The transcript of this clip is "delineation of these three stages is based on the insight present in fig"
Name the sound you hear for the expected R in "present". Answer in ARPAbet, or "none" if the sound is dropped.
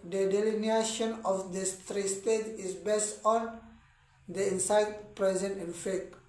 R